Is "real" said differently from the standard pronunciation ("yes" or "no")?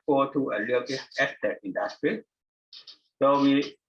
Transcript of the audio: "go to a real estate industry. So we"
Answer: yes